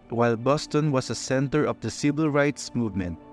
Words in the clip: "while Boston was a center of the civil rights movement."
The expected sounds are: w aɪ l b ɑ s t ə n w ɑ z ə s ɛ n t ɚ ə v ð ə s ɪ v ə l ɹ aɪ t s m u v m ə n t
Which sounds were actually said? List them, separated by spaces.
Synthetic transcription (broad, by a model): w aɪ l b ɑ s t ə n w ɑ s ə s ɛ n t ɚ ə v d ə s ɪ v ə l ɹ aɪ t s m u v m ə n t